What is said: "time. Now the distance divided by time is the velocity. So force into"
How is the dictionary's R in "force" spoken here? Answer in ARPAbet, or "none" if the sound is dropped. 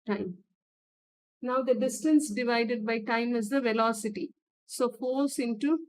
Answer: L